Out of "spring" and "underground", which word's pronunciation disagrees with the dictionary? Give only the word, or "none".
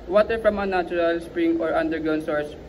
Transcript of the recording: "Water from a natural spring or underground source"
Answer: underground